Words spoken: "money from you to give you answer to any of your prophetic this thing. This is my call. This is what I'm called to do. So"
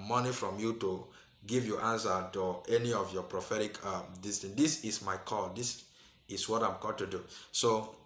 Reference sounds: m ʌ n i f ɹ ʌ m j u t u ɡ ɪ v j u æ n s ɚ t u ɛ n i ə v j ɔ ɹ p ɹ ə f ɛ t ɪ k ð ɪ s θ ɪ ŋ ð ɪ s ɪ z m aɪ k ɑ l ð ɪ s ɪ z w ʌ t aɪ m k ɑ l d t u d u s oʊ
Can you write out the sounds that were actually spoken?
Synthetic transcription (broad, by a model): m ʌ n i f ɹ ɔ m j u t u ɡ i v j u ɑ n s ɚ t u ɛ n i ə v j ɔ p ɹ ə f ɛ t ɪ k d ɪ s t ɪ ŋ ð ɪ s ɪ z m aɪ k ɑ l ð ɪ s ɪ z w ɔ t aɪ m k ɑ d t u d u s oʊ